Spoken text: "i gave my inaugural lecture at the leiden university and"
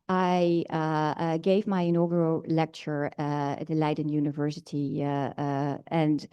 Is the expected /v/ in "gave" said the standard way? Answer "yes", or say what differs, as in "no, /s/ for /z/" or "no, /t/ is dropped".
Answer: yes